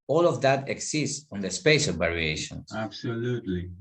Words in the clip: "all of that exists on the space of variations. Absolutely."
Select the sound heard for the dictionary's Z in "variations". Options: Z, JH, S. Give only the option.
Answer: S